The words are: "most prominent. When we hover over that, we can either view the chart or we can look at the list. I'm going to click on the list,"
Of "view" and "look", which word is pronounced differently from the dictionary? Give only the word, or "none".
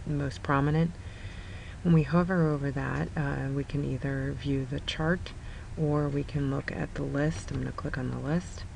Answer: none